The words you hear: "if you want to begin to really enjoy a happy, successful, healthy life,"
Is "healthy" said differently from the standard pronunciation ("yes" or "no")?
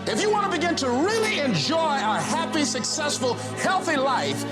no